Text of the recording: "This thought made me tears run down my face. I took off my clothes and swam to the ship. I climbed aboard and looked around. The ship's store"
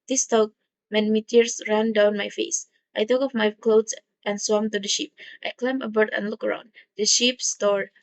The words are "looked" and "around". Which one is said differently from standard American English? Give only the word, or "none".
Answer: looked